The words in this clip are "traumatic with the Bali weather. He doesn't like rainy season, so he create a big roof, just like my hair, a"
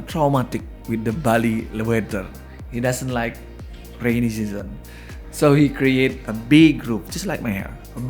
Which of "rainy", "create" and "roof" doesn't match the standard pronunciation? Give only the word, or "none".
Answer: roof